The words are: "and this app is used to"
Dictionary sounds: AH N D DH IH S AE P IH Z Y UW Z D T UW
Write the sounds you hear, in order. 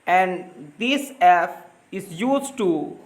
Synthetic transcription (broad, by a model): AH N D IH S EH F IH Z Y UW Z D T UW